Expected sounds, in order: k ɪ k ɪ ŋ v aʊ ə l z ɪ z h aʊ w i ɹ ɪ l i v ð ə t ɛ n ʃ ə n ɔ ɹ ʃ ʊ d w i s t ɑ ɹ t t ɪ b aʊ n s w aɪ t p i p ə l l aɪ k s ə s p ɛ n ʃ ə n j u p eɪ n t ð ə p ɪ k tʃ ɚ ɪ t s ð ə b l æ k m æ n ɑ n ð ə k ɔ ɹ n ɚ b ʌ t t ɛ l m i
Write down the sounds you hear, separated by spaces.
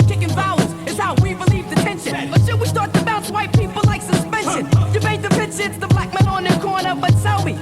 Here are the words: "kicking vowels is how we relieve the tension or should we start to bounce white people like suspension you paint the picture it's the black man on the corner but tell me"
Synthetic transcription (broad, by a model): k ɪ k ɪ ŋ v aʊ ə z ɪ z h aʊ w i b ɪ l i v ð ə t ɛ n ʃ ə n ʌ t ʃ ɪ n w i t ɑ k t t ɪ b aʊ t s w aɪ t p i p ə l l aɪ k s ə s p ɛ n ʃ ə n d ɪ b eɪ t ð ə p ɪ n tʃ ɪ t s ð ə b l æ k m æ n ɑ n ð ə k ɔ ɹ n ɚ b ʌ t s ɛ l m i